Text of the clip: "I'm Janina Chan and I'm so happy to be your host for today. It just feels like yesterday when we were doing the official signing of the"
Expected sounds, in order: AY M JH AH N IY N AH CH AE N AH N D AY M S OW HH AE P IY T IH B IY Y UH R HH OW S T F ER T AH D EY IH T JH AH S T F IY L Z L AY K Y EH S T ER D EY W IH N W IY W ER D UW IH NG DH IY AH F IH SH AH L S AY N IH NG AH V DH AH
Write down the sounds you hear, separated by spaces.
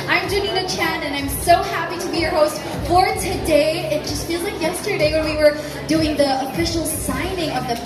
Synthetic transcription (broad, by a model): AY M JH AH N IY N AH CH AE N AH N AY M S OW HH AE P IY T IH B IY Y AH R HH OW S T F ER T AH D EY IH T JH AH S T F IY L Z L AY K Y EH S T ER D EY W IH N W IY W ER D UW IH NG DH IY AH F IH SH L S AY N IH NG AH V DH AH